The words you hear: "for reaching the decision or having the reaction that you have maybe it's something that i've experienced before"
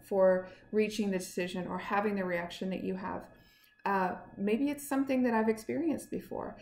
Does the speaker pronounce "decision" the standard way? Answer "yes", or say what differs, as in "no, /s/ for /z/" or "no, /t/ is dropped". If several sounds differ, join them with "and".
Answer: yes